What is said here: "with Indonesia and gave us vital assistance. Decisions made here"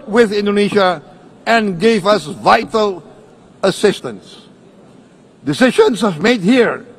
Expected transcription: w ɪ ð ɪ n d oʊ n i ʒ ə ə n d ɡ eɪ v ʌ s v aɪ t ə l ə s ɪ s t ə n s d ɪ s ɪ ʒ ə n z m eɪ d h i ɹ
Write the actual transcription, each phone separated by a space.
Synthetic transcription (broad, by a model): w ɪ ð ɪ n d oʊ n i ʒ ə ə n ɡ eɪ v ʌ s v aɪ t ə l ə s ɪ s t ə n s d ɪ s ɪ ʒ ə n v m eɪ d h i ɹ